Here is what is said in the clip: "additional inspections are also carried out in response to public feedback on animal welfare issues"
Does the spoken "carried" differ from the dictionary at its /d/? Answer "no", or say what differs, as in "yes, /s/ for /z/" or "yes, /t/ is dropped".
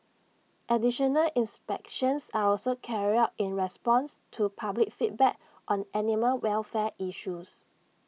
yes, /d/ is dropped